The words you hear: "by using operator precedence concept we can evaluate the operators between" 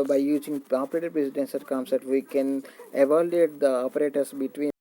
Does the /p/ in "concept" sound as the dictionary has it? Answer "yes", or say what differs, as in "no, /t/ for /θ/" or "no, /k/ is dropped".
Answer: no, /p/ is dropped